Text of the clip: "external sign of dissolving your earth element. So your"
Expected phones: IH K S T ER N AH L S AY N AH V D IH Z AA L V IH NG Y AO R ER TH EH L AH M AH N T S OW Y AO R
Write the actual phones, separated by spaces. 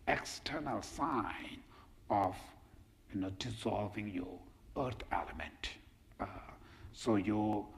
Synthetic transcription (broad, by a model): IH K S T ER N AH L S AY N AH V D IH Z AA L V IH NG Y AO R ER T EH L AH M AH N T S OW Y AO